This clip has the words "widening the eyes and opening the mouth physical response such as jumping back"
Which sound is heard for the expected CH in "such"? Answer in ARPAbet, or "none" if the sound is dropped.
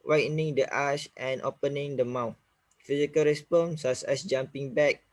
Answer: S